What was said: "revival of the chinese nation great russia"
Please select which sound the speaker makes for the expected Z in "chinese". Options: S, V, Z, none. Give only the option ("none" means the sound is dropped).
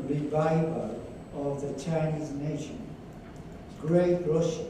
Z